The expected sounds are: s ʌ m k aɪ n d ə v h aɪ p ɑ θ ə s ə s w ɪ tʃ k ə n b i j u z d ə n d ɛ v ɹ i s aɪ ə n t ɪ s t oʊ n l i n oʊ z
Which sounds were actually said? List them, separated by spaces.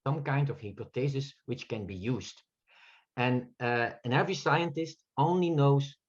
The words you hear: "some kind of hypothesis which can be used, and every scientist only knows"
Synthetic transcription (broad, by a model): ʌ m k aɪ n d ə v h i p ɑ t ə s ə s w ɪ tʃ k ə n b i j u z d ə n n ɛ v ɹ i s aɪ ə n t ɪ s t oʊ n l i n oʊ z